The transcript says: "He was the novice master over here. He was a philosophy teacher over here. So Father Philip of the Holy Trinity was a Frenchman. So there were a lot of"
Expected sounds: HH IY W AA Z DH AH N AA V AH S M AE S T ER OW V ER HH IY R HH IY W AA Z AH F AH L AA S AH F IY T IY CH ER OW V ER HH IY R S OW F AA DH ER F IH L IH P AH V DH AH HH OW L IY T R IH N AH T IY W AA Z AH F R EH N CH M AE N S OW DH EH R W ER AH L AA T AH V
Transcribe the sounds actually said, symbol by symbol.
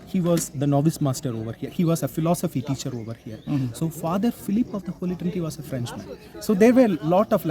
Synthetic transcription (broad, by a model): HH IY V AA Z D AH N AA V AH S M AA S T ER OW V ER HH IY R HH IY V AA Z AH F AH L AA S AH F IY T IY CH ER OW V ER HH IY R S OW F AA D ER F IH L IH P AH V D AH HH OW L IY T IH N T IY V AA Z AH F R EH N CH M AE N S OW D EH R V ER L AA T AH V